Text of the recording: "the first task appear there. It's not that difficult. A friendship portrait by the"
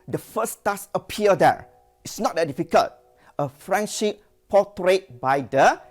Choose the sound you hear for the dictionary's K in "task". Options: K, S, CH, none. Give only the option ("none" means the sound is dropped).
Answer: none